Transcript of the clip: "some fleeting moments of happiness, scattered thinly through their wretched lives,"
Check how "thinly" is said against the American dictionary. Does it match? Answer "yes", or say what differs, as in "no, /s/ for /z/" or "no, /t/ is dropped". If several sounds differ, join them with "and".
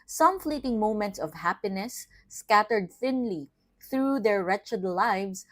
yes